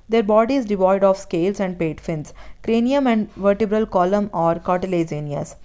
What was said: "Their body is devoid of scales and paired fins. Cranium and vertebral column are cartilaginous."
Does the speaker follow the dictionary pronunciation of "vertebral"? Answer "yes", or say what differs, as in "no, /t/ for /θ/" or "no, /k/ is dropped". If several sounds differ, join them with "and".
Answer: yes